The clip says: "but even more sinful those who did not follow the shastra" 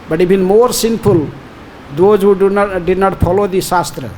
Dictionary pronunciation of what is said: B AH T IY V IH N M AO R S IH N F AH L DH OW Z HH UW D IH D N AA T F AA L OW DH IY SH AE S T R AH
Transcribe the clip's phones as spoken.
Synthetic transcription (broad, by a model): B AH T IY B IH N M AO R S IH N P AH L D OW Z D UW D IH D N AA T P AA L OW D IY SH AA S T R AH